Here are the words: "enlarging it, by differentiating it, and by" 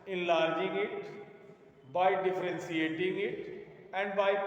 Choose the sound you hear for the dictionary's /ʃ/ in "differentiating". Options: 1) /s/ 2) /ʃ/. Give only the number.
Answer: 1